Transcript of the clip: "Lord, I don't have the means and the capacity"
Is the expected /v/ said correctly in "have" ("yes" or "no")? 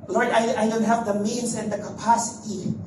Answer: no